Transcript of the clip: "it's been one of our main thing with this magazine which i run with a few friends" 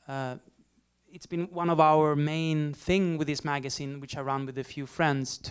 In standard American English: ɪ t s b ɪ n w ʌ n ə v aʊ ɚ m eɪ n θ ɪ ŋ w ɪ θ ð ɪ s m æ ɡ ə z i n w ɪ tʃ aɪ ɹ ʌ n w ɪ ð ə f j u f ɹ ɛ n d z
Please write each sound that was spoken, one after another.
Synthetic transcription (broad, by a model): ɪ t s b ɪ n w ʌ n ə v aʊ ɚ m eɪ n θ ɪ ŋ w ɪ ð ɪ s m æ ɡ ə z i n w ɪ tʃ aɪ ɹ ʌ n w ɪ ð ə f j u f ɹ ɛ n d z